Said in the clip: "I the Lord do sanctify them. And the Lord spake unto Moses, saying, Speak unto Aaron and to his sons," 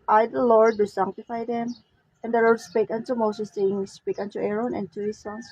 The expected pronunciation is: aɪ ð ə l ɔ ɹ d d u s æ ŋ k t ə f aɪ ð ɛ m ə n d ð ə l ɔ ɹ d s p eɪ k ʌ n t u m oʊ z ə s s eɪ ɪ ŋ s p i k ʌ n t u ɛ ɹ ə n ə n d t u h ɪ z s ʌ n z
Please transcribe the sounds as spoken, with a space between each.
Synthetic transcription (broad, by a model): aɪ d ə l ɔ ɹ d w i s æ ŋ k t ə f aɪ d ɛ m ə n d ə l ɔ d s p eɪ k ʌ n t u m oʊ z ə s s eɪ ɪ ŋ s p i k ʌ n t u ɛ ɹ ə n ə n t u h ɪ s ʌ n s